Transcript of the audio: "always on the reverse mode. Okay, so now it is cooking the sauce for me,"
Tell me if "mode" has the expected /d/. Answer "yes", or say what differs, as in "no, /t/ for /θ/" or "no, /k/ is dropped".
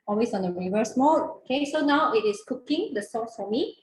no, /d/ is dropped